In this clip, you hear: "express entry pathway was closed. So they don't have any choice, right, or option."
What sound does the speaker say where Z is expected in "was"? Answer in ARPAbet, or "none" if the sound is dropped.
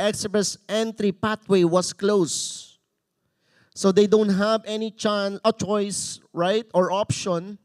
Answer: S